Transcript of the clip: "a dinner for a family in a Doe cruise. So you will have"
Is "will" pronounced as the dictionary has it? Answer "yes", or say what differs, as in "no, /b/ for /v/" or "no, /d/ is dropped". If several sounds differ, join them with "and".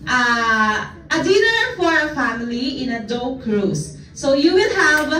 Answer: no, /n/ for /l/